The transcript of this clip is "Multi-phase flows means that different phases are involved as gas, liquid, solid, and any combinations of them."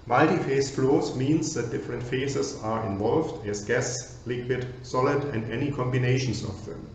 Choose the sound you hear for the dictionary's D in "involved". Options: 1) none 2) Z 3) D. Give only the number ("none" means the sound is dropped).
3